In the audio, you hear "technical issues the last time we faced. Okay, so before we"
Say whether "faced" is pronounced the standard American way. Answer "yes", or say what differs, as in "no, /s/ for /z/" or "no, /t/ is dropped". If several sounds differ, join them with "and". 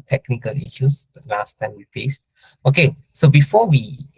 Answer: no, /p/ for /f/